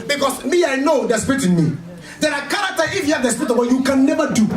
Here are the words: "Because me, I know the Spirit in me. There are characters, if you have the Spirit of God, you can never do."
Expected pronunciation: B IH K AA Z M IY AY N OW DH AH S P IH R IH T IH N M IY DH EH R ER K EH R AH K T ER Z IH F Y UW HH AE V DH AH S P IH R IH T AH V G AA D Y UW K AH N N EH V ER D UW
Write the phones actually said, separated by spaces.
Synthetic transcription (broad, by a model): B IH K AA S M IY AY N OW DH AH S P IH R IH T IH N M IY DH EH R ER K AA R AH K T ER IH F Y UW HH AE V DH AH S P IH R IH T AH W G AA Y UW K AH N N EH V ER D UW